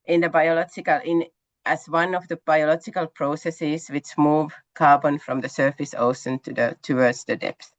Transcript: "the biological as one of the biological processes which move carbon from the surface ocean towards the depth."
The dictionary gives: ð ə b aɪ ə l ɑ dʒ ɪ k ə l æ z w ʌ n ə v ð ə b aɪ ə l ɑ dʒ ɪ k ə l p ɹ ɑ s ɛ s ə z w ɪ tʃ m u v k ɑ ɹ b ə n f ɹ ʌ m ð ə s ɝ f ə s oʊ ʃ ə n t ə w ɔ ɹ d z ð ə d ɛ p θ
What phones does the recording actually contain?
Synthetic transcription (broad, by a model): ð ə b aɪ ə l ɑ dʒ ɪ k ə l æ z w ʌ n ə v ð ə b aɪ ə l ɑ dʒ ɪ k ə l p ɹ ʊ s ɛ s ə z w ɪ tʃ m u v k ɑ ɹ b ə n f ɹ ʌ m ð ə s ɝ f ə s oʊ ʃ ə n t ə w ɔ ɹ d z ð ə d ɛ p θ